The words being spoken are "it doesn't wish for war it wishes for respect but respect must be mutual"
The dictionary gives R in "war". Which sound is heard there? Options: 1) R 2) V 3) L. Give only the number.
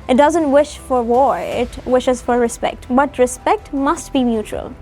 1